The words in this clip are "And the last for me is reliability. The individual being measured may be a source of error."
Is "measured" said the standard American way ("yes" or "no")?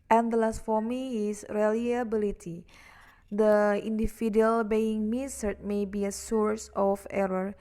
no